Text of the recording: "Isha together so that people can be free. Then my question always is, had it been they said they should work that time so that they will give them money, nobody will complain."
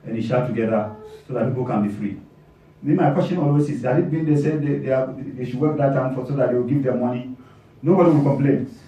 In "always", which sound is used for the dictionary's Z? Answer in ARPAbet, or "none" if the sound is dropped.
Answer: S